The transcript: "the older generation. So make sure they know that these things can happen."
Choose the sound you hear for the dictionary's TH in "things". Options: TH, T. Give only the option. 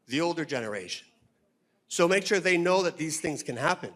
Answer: TH